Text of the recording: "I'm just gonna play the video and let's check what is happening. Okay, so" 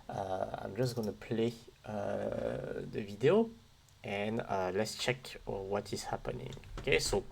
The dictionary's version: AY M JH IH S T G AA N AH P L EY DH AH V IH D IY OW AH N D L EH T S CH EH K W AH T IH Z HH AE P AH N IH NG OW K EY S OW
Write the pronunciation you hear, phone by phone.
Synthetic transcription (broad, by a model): AY M JH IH S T G AA N AH P L EY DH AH V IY D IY OW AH N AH L EH T S CH EH K W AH T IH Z HH AE P AH N IH NG OW K EY S OW